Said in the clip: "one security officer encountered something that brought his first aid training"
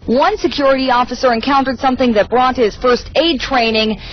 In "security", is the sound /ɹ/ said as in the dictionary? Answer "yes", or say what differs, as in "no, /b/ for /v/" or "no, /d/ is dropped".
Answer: yes